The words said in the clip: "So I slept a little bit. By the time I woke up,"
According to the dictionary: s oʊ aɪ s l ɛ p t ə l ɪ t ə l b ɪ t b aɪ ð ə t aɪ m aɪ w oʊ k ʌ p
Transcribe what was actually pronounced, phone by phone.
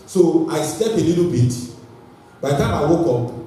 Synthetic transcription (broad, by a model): s oʊ aɪ s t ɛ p ə l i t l b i t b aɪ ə t aɪ m aɪ w oʊ k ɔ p